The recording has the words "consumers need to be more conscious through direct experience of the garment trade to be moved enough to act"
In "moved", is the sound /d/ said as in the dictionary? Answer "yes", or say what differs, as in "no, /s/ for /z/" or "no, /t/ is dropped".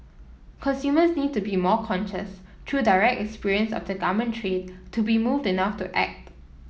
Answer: yes